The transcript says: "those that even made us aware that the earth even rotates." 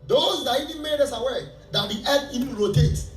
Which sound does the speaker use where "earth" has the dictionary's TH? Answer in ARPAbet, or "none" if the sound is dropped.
T